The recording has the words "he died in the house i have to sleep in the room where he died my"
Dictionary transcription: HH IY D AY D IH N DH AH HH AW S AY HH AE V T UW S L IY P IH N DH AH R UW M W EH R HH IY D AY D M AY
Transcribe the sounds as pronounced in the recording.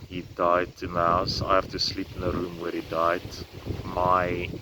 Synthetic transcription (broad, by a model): HH IY D AY D IH N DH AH HH AW S AY HH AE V T UW S L IY P IH N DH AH R UW M W EH R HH IY D AY D M AY